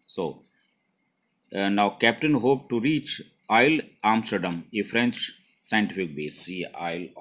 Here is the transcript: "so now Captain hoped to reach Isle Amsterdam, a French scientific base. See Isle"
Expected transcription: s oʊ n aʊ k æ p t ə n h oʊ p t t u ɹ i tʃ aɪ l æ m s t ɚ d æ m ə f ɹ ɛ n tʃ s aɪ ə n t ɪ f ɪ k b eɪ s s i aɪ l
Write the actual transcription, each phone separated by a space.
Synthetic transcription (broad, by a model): s oʊ n aʊ k æ p t ə n h oʊ p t t u ɹ i tʃ aɪ l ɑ m s t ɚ d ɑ m ə f ɹ ɛ n tʃ s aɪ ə n t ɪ f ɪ k b eɪ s s i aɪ l